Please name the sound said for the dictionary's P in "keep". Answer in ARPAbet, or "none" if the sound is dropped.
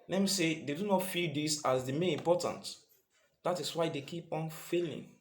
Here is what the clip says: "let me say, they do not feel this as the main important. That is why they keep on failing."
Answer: P